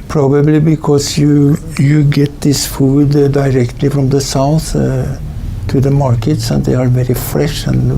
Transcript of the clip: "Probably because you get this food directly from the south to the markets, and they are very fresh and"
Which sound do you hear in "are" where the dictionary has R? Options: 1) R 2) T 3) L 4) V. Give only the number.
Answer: 1